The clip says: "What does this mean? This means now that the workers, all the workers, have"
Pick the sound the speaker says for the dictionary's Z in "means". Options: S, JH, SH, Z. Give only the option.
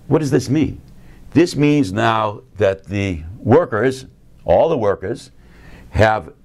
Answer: Z